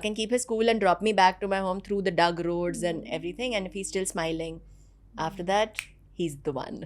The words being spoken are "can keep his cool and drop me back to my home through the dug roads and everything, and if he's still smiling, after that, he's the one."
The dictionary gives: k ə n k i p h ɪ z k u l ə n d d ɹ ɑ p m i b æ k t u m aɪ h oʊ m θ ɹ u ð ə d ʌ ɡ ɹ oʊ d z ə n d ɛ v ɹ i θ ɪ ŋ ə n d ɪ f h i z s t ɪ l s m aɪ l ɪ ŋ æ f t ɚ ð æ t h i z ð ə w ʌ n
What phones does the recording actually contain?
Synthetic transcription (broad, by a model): k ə n k i p h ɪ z k u l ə n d d ɹ ɑ p m i b æ k t u m aɪ h oʊ m t ɹ u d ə d ʌ ɡ ɹ oʊ d z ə n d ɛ v ɹ i t ɪ ŋ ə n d ɪ f h i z s t ɪ l s m aɪ l ɪ ŋ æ f t ɚ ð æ t h i z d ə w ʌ n